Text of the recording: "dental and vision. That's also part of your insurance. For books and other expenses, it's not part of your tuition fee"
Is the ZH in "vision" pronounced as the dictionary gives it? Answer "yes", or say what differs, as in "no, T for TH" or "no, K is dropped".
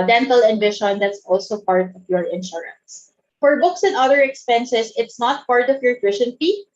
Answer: no, SH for ZH